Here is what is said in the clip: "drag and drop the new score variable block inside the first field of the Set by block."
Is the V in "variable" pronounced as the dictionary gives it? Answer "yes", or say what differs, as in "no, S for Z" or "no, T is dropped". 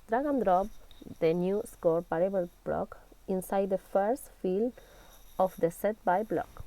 no, P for V